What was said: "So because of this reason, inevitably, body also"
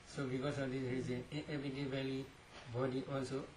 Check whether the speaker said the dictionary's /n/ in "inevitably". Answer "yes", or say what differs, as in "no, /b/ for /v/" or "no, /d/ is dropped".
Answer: no, /n/ is dropped